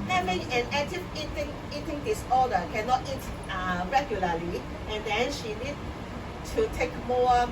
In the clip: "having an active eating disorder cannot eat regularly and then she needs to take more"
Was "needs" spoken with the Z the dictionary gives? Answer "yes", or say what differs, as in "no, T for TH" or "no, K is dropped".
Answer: no, Z is dropped